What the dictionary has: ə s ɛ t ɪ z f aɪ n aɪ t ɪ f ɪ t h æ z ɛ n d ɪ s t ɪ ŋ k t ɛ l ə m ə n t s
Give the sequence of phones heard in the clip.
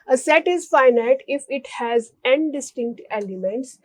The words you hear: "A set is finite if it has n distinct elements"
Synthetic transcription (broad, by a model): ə s ɛ t ɪ z f aɪ n aɪ t ɪ f ɪ t h æ z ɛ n d ɪ s t ɪ ŋ k t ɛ l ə m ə n t s